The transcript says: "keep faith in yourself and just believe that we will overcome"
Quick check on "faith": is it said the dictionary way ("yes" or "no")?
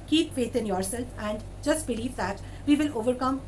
no